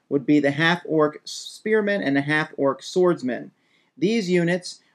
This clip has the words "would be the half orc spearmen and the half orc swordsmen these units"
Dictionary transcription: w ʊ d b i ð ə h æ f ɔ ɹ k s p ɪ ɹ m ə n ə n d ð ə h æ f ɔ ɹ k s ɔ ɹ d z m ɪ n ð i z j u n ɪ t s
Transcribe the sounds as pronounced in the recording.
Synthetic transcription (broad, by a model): w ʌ d b i ð ə h æ f ɔ ɹ k s p ɪ ɹ m ə n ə n ð ə h æ f ɔ ɹ k s ɔ ɹ d z m ɪ n ð i z j u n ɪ t s